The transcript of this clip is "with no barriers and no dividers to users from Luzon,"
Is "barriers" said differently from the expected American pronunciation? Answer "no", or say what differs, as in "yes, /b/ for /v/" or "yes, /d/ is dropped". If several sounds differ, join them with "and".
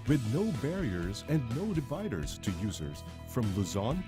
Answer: no